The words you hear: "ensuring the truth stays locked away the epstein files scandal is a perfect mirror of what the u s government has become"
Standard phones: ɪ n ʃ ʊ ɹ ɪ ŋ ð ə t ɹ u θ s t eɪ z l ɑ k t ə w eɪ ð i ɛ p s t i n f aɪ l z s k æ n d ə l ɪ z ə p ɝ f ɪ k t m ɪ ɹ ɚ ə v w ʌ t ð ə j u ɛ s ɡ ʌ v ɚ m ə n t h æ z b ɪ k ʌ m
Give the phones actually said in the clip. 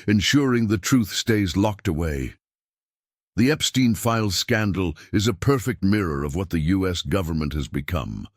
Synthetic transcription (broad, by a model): ɪ n ʃ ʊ ɹ ɪ ŋ ð ə t ɹ u θ s t eɪ z l ɑ k t ə w eɪ ð i ɛ p s t i n f aɪ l s k æ n d l ɪ z ə p ɝ f ɪ k t m ɪ ɹ ɚ ə v w ʌ t ð ə j u ɛ s ɡ ʌ v ɚ m ə n t h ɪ z b ɪ k ʌ m